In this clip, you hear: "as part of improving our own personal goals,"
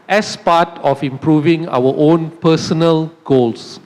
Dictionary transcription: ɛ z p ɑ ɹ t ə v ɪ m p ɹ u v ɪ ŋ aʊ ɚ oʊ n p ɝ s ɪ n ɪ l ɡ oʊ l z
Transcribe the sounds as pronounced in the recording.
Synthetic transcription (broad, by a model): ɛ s p ɑ t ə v ɪ m p ɹ u v ɪ ŋ aʊ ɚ oʊ n p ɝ s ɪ n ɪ l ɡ oʊ l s